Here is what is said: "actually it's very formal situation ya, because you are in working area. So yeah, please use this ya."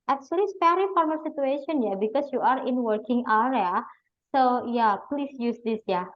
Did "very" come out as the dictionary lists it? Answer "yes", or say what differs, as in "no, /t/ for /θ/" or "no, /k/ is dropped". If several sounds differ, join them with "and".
no, /p/ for /v/